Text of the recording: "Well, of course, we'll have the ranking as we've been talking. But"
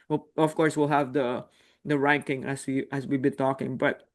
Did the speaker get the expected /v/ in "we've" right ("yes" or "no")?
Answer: no